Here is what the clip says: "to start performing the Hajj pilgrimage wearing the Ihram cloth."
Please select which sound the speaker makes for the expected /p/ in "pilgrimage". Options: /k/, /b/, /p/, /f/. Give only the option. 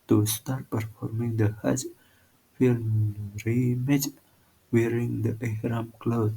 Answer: /f/